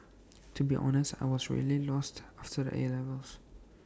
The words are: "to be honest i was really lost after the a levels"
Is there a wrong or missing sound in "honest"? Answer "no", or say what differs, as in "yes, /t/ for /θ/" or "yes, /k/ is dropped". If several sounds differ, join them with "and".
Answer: no